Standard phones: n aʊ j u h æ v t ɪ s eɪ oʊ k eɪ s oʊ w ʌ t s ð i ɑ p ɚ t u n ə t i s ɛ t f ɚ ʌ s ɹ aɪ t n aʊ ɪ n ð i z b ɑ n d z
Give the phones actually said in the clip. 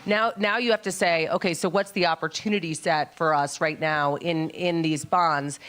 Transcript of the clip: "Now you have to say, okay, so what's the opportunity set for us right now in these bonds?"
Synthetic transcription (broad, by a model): n aʊ j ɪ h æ f t ɪ s eɪ oʊ k eɪ s oʊ w ʌ t s ð i ɑ p ɚ t u n ə t i s ɛ t f ɚ ʌ s ɹ aɪ t n aʊ ɪ n ð i z b ɑ n d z